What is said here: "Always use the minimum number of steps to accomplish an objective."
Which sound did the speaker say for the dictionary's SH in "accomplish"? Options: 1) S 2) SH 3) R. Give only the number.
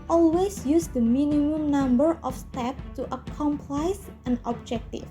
1